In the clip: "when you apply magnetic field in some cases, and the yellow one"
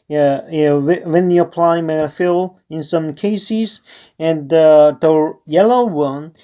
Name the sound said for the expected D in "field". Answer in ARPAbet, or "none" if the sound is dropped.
none